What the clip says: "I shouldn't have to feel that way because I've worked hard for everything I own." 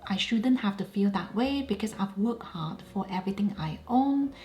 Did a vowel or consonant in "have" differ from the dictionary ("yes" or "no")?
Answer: yes